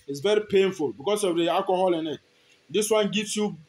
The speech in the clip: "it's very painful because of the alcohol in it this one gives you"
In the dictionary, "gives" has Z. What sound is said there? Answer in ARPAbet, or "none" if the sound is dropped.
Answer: S